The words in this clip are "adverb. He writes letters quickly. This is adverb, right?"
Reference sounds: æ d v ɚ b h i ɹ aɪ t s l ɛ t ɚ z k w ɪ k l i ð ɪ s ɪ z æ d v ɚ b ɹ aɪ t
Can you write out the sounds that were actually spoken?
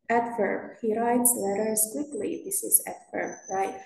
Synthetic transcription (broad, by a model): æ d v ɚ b h i ɹ aɪ t s l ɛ t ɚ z k w ɪ k l i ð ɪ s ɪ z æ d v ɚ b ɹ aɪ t